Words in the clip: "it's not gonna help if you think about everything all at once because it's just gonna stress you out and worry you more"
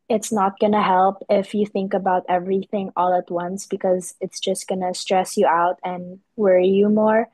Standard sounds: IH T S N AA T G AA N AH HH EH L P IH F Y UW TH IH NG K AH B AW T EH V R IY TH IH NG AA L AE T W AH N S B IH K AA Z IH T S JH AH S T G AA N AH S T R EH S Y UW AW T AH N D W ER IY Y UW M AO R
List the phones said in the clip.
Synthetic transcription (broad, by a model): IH T S N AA T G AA N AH HH EH L P IH F Y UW TH IH NG K AH B AW T EH V R IY TH IH NG AA L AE T W AH N S B IH K AA Z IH T S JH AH S T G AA N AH S T R EH S Y UW AW T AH N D W ER IY Y UW M AO R